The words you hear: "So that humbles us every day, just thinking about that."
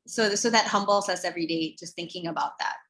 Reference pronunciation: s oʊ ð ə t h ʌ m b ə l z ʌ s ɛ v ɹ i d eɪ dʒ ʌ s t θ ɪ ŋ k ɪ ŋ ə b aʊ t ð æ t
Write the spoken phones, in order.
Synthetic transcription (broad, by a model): s oʊ ð ə t h ʌ m b l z ʌ s ɛ v ɹ i d eɪ dʒ ʌ s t θ ɪ ŋ k ɪ ŋ ə b aʊ t ð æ t